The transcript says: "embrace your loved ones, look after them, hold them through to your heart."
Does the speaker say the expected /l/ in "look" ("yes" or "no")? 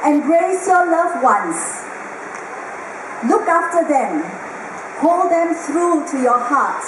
yes